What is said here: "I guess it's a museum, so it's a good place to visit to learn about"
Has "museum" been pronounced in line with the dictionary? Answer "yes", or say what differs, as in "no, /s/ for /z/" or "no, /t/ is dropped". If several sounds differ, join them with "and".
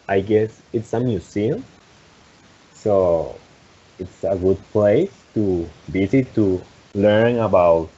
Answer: no, /s/ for /z/